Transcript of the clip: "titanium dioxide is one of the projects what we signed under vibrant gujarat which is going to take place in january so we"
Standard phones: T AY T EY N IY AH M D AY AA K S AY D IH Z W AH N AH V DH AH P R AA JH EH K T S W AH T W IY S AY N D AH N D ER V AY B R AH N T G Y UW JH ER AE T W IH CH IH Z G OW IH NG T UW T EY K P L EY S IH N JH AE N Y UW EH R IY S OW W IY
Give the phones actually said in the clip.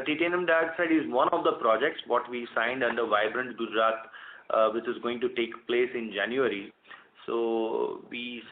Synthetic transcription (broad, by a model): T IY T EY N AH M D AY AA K S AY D IH Z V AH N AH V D AH P R AA JH EH K T S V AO T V IY S AY N D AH N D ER V AY B R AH N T G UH JH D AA T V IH CH IH Z G OW IH NG T UW T EY K P L EY S IH N JH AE N Y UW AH R IY S OW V IY